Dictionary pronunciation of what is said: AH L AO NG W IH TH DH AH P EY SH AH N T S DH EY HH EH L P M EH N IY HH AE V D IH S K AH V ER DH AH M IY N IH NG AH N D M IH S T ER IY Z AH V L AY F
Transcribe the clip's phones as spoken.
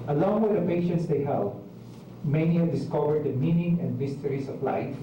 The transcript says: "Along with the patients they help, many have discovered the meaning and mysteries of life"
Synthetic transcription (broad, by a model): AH L AO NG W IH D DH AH P EY SH AH N T S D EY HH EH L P M EH N IY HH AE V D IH S K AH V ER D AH M IY N IH NG AH N D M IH S T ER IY S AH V L AY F